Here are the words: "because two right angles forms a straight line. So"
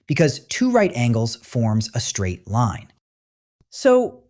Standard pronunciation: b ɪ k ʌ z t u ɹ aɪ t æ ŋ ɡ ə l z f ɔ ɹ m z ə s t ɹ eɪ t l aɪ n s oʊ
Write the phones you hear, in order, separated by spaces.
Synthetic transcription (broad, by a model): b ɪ k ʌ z t u ɹ aɪ t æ ŋ ɡ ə l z f ɔ ɹ m z ə s t ɹ eɪ t l aɪ n s oʊ